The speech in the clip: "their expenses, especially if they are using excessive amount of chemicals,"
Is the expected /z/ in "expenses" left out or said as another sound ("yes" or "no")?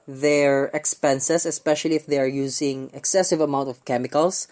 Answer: yes